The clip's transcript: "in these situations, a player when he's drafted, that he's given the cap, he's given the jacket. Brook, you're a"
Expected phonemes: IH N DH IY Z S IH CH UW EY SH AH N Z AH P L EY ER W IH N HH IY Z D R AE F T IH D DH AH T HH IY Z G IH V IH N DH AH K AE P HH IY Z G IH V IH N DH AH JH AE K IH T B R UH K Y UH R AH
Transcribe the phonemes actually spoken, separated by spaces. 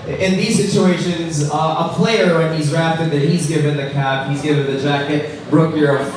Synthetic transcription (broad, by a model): IH N DH IY Z S IH CH UW EY SH AH N Z AH P L EY ER W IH N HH IY Z R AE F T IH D DH AH T HH IY Z G IH V IH N DH AH K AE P HH IY Z G IH V IH N DH AH JH AE K IH T B R UH K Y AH R